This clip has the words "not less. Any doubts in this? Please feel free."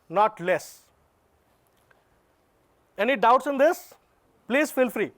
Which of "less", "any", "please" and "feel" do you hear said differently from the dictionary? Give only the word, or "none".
none